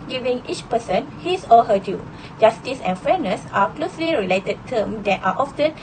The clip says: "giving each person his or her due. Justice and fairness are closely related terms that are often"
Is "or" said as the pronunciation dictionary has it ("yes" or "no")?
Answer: no